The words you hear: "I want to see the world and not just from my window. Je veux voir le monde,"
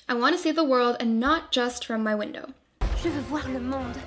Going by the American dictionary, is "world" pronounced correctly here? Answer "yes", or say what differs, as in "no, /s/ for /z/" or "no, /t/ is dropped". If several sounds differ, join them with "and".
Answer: yes